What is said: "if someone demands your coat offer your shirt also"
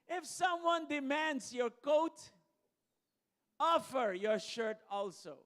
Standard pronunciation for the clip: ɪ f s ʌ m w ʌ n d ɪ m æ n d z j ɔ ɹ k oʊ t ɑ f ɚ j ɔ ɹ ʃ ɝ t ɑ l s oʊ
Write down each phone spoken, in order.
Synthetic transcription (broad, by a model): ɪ f s ʌ m w ʌ n d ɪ m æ n d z j ɔ ɹ k oʊ t ɑ f ɚ j ɔ ɹ ʃ ɝ t ɑ l s oʊ